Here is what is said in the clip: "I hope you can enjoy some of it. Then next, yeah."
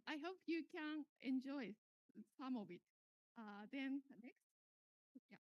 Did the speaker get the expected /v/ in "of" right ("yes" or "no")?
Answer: no